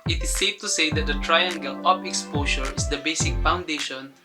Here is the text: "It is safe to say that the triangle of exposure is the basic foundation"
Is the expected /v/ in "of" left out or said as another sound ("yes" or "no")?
yes